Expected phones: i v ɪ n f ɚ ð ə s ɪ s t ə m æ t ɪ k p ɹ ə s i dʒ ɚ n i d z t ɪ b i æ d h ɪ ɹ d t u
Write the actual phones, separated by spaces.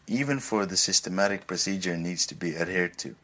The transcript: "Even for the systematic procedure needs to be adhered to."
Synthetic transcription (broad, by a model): i v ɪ n f ɚ ð ə s ɪ s t ə m æ t ɪ k p ɹ ə s i dʒ ɚ n i d z t ɪ b i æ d h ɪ ɹ d t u